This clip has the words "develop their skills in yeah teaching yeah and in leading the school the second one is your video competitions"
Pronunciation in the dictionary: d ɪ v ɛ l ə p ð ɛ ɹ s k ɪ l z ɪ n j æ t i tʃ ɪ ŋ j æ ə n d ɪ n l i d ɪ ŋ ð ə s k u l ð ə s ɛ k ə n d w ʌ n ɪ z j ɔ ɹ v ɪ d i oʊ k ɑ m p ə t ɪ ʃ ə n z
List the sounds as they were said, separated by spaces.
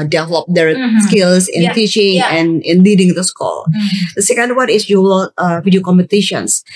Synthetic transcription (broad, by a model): d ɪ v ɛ l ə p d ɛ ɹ s k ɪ l s ɪ n t i tʃ ɪ ŋ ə n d ɪ n l i d ɪ ŋ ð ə s k u l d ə s ɛ k ə n d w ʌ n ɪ s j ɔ l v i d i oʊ k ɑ m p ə t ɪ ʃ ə n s